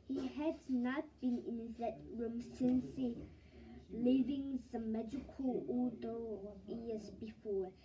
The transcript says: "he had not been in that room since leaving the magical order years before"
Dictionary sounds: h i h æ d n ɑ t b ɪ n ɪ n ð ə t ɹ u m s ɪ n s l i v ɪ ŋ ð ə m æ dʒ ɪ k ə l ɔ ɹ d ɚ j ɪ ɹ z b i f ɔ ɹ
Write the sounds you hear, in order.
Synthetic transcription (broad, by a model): h i h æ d n ɑ t b ɪ n ɪ n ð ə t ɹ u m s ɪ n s l i v ɪ ŋ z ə m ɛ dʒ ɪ k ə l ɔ l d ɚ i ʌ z b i f ɔ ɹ